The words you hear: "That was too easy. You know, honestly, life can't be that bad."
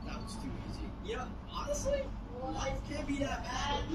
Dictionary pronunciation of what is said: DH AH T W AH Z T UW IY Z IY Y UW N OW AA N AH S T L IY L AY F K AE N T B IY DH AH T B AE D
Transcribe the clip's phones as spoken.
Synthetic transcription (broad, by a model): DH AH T W AH Z T UW IY Z IY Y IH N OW AA N AH S T L IY L AY F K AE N B IY DH AH T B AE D